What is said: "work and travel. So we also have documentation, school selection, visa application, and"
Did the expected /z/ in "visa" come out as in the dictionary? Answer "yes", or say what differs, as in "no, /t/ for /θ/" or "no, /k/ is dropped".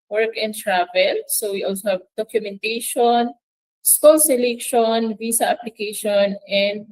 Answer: no, /s/ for /z/